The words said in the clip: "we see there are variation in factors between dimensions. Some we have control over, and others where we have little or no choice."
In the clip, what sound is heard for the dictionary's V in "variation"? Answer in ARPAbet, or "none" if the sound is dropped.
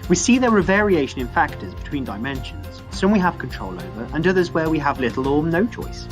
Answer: V